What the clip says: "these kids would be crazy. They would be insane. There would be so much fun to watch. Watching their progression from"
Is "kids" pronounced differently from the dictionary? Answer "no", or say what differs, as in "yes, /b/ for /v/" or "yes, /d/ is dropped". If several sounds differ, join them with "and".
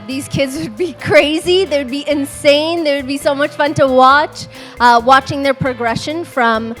no